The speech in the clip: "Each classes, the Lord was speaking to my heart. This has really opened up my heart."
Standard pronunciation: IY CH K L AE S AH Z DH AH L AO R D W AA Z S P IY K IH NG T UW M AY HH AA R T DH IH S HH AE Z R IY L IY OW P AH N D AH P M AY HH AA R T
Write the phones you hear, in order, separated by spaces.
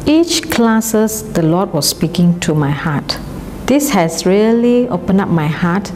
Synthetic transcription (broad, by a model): IY CH K L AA S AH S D AH L AO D W AA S S P IY K IH NG T UW M AY HH AA T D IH S HH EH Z R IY L IY OW P AH N AH P M AY HH AA T